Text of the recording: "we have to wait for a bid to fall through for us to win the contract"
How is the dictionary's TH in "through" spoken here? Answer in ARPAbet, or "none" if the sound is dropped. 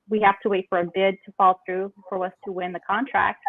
TH